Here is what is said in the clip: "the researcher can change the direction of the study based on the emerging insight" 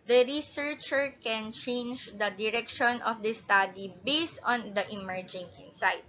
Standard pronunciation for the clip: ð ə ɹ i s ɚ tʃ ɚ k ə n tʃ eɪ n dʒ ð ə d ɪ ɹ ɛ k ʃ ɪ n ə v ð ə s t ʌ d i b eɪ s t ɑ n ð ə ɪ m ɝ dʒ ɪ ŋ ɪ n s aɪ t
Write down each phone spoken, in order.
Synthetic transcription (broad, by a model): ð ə ɹ i s ɚ tʃ ɚ k ə n tʃ eɪ n dʒ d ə d ɪ ɹ ɛ k ʃ ɪ n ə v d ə s t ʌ d i b eɪ s t ɑ n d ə ɪ m ɝ dʒ ɪ ŋ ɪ n s aɪ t